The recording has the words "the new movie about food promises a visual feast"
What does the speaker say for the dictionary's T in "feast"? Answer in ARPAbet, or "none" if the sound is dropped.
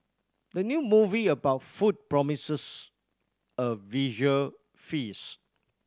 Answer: none